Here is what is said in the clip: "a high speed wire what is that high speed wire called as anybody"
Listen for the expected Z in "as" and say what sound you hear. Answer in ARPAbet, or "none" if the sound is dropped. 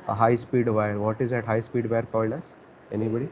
S